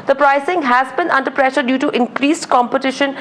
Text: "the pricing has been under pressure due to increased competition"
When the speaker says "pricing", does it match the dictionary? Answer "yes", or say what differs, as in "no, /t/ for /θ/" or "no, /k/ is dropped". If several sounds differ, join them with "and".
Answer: yes